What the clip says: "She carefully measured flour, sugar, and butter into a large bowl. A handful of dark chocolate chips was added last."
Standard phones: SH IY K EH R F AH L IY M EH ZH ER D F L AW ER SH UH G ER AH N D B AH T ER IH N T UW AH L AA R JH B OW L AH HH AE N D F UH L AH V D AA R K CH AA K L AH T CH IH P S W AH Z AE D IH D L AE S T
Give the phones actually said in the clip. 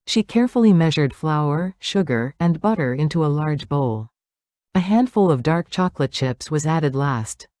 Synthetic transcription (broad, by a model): SH IY K EH R F L IY M EH ZH ER D F L AW ER SH UH G ER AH N B AH T ER IH N T UW AH L AA R JH B OW L AH HH AE N D F UH L AH V D AA R K CH AA K L AH T CH IH P S W AH Z AE D IH D L AE S T